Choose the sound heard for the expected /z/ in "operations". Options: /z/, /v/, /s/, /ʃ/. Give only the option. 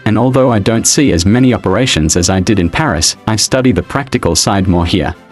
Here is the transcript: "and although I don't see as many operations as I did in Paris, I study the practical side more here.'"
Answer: /z/